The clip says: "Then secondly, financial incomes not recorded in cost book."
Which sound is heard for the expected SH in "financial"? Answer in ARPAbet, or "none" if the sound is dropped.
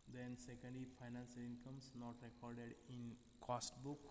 S